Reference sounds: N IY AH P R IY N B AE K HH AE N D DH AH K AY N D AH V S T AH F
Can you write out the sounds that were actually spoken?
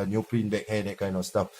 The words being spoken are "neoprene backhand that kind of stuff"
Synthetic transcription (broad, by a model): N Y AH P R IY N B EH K HH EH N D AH K AY N AH S T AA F